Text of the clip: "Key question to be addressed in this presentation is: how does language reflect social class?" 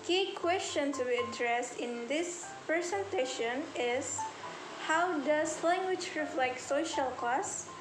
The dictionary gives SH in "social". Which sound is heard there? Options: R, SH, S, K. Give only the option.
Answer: SH